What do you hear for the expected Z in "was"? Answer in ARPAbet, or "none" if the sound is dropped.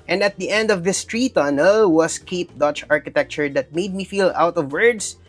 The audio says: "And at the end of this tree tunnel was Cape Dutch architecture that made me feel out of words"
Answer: S